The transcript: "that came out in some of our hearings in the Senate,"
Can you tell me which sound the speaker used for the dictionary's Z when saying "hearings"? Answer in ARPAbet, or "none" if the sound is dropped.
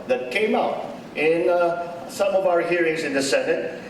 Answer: Z